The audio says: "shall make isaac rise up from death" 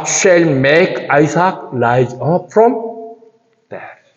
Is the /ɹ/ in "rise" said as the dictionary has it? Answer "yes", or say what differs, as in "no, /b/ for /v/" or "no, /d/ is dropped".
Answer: no, /l/ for /ɹ/